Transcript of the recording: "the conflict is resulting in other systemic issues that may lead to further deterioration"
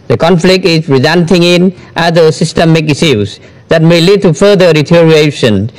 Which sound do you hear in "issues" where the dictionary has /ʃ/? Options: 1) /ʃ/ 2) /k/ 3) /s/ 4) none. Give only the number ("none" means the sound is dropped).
3